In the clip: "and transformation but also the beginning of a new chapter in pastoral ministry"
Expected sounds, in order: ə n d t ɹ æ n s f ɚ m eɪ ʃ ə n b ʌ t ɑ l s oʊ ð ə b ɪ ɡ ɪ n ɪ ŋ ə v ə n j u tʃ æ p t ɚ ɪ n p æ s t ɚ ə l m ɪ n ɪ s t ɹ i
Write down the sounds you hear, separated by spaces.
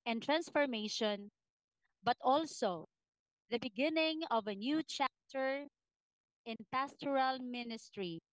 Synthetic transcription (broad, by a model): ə n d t ɹ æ n s f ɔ m eɪ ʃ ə n b ʌ t ɑ l s oʊ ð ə b ɪ ɡ ɪ n ɪ ŋ ə v ə n j u tʃ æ p t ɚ ɪ n p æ s t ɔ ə l m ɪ n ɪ s t ɹ i